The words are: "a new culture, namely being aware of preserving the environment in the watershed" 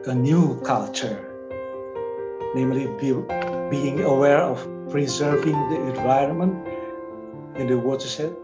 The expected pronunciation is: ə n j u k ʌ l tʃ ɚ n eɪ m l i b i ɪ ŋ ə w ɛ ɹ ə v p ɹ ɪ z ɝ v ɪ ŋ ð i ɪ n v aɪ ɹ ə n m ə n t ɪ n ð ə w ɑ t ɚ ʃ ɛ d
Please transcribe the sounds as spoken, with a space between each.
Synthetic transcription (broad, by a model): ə n j u k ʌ l tʃ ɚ n eɪ m l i b i ɪ ŋ ə w ɛ ɹ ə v p ɹ ɪ z ɝ v ɪ ŋ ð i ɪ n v aɪ ɹ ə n m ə n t ɪ n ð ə w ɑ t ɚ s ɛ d